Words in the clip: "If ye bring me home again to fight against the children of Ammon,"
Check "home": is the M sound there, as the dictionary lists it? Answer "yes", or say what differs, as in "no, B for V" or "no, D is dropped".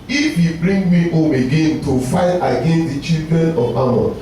yes